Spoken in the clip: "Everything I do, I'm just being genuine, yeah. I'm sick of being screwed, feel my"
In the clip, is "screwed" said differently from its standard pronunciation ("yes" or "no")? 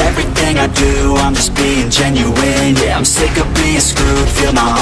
yes